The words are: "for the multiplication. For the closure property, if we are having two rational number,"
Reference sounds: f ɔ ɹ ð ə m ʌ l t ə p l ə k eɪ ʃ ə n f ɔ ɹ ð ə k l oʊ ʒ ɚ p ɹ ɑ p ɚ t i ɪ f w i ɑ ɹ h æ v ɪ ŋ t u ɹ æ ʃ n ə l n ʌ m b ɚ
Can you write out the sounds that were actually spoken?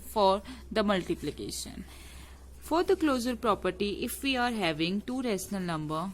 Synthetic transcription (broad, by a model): f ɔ ɹ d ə m ʌ l t ə p l ə k eɪ ʃ ə n f ɔ ɹ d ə k l oʊ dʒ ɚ p ɹ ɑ p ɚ t i ɪ f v i ɑ ɹ h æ v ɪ ŋ t u ɹ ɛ s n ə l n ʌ m b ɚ